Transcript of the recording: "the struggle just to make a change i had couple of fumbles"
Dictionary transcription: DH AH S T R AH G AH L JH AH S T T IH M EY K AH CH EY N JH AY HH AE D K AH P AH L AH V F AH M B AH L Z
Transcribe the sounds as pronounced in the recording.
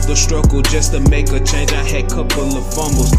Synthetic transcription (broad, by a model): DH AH S T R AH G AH L JH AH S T T IH M EY K AH CH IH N AY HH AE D K AH P AH L AH V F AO M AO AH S